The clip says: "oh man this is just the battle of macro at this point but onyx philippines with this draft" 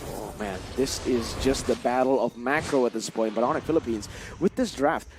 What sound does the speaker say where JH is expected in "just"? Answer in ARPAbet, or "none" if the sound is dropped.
JH